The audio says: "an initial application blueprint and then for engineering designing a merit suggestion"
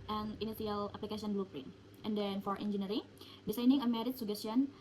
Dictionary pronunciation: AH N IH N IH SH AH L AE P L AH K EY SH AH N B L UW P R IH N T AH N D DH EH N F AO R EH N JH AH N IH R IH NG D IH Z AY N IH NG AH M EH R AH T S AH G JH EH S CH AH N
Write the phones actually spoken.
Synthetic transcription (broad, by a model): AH N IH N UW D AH L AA P L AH K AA S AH N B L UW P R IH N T AH N D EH N F AO R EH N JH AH N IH R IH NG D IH S AY N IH NG AH M EH R AH T S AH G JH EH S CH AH N